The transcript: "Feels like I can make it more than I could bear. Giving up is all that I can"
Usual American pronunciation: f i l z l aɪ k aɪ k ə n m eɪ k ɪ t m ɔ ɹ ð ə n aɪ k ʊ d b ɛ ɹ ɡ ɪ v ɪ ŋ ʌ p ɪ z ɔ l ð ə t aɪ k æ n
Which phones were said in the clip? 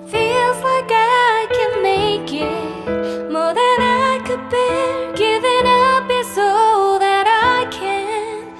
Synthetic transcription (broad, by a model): f i l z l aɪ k aɪ k ə n m eɪ k ɪ t m ɔ ɹ ð ə n aɪ k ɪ d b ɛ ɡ ɪ v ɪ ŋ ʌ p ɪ s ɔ ð ə t aɪ k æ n